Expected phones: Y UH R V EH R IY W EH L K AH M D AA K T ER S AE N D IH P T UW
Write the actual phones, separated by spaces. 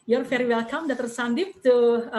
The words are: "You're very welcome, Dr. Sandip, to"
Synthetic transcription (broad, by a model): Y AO R F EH R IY W EH L K AH M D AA T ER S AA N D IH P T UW